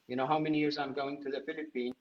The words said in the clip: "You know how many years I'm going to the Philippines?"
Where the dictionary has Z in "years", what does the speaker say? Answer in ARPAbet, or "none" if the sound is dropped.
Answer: Z